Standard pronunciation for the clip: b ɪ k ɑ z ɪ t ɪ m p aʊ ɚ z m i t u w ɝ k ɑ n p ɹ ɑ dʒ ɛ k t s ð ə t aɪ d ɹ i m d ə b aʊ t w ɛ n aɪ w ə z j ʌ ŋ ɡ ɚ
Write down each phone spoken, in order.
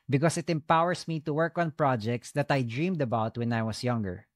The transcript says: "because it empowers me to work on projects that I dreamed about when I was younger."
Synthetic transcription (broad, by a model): b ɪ k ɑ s ɪ t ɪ m p aʊ ɚ s m i t u w ɝ k ɑ n p ɹ ɑ dʒ ɛ k t s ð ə t aɪ d ɹ i m d ə b aʊ t w ɛ n aɪ w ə s j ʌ ŋ ɡ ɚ